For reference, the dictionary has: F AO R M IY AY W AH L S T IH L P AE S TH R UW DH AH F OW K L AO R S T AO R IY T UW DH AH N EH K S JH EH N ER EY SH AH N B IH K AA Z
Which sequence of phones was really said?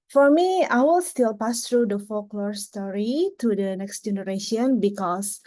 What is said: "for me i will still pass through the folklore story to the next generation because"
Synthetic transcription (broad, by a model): F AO R M IY AY W AH L S T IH L P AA S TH R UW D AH F OW K L AO R S T AO R IY T UW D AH N EH K S JH EH N ER EY SH AH N B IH K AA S